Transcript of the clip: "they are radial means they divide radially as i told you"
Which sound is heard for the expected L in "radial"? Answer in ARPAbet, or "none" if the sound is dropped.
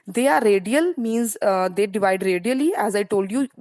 L